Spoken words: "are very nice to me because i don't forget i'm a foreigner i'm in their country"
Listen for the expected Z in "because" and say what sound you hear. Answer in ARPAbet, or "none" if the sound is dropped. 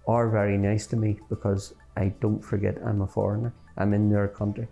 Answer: Z